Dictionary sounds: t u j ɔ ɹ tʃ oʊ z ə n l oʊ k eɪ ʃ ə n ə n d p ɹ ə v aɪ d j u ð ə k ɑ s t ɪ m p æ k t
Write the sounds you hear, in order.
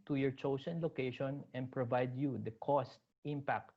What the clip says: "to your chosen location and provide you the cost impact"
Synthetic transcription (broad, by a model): t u j ɔ ɹ tʃ oʊ s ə n l oʊ k eɪ ʃ ə n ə n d p ɹ ə v aɪ d j u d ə k ɑ s t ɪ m p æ k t